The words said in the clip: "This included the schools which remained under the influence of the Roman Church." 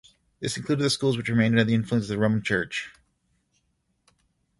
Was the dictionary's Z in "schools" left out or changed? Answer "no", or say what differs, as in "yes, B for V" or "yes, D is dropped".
no